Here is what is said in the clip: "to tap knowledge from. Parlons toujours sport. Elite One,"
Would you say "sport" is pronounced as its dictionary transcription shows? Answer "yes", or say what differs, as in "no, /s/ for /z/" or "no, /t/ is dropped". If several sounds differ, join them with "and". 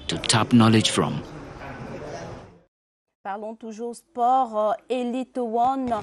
no, /t/ is dropped